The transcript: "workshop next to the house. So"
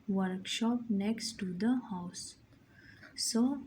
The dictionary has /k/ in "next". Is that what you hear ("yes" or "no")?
yes